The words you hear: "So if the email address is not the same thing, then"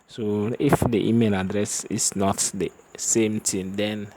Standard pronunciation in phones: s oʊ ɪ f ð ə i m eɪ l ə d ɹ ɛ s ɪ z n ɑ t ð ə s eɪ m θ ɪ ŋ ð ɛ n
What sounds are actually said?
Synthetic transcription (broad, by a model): s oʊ ɪ f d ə i m eɪ l ə d ɹ ɛ s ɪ s n ɑ t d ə s eɪ m t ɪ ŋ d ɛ n